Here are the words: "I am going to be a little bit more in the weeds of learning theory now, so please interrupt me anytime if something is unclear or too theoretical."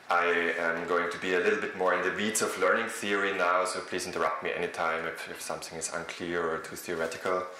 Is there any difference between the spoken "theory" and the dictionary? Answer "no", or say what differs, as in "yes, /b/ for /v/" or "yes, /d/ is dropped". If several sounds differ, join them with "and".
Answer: no